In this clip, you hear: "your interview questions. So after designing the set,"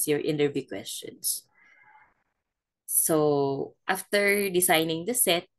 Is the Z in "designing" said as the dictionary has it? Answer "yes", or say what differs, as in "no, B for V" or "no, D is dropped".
no, S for Z